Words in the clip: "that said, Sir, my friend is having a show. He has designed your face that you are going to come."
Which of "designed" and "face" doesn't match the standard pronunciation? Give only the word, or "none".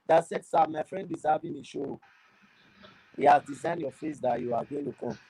none